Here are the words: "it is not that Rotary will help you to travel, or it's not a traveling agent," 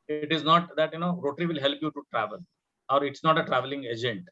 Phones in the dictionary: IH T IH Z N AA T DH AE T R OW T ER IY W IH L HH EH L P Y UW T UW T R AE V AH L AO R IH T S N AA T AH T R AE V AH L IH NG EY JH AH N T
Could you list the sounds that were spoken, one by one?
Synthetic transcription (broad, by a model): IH T IH Z N AA T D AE T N OW T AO IY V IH L HH EH L P Y UW T UW T R AE V AH L AO R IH T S N AA T AH T R AE V AH L IH NG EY JH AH N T